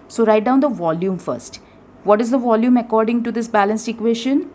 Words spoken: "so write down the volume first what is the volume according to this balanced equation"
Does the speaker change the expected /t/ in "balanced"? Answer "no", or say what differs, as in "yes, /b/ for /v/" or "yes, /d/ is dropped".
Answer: no